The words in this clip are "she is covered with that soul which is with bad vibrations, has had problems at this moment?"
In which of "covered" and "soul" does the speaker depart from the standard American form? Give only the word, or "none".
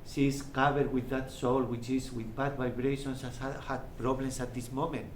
covered